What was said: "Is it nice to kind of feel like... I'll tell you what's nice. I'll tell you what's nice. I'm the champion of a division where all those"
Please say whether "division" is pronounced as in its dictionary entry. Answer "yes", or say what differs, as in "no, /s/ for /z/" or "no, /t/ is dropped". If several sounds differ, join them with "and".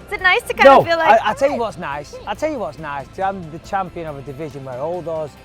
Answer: yes